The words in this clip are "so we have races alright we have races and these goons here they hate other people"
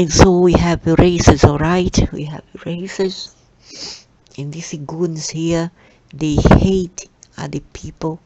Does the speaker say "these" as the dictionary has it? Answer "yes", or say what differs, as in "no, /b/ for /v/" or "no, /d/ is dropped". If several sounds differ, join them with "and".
no, /z/ is dropped